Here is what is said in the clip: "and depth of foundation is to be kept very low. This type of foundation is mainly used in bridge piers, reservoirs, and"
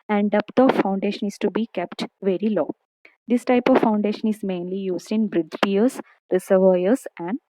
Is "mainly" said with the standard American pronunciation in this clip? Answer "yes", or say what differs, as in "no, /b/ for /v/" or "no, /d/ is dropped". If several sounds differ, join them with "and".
yes